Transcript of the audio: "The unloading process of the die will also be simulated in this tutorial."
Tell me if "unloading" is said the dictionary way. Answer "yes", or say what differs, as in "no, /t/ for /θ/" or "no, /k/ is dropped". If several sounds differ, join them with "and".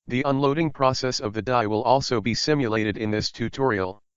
yes